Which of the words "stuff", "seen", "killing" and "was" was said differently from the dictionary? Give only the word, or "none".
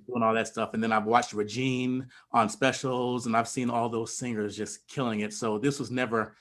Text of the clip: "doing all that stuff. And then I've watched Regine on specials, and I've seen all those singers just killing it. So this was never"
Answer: none